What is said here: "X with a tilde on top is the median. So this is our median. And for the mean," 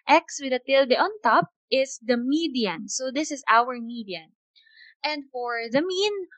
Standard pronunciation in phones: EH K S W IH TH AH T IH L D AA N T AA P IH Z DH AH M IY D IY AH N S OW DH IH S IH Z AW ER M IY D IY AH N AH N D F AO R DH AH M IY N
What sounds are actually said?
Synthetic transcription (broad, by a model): EH K S W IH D AH T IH L D AA N T AA P IH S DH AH M IY D IY AH N S OW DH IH S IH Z AW ER M IY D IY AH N AH N D F AO R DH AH M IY N